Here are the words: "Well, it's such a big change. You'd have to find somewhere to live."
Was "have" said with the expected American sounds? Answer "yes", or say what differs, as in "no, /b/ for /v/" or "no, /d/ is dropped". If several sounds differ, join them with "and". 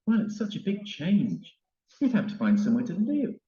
no, /p/ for /v/